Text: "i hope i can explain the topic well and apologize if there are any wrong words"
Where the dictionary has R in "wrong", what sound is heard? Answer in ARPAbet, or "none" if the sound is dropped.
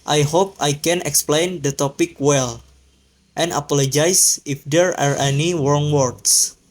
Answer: W